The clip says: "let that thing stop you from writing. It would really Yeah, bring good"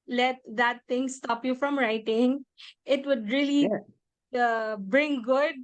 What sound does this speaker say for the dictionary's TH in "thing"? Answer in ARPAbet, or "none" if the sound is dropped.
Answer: T